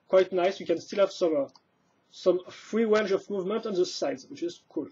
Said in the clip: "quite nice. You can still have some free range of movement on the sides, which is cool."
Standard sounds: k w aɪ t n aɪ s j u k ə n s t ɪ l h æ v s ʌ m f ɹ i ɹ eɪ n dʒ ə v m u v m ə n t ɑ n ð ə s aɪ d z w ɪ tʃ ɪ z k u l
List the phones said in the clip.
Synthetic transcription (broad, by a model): k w aɪ t n aɪ s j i k ə n s t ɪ l h æ v s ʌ m f ɹ i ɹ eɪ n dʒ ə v m u v m ə n t ɑ n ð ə s aɪ d z w ɪ tʃ ɪ z k u l